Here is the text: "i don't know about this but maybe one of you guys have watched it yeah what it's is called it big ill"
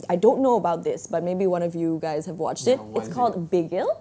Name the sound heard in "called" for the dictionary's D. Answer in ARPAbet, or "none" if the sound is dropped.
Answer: D